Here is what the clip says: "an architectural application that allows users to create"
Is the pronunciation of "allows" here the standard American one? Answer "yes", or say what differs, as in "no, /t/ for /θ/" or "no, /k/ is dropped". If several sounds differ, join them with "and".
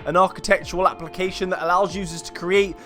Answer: yes